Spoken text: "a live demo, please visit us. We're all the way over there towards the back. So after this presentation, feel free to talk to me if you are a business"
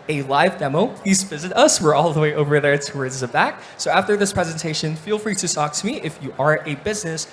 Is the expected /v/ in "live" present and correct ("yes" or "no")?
yes